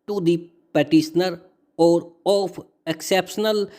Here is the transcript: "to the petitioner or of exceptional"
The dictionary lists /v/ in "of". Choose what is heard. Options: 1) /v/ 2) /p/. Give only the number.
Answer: 2